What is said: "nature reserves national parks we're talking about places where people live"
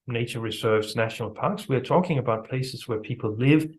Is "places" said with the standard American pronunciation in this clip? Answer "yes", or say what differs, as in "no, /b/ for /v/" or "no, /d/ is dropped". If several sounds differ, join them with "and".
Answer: yes